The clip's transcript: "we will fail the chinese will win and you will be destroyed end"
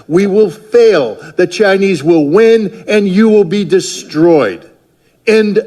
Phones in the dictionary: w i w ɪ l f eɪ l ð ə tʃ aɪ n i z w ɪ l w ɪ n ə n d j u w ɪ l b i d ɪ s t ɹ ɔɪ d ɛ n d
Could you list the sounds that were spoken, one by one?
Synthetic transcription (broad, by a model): w i w ɪ l f eɪ l ð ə tʃ aɪ n i z w ɪ l w ɪ n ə n j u w ɪ l b i d ɪ s t ɹ ɔɪ d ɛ n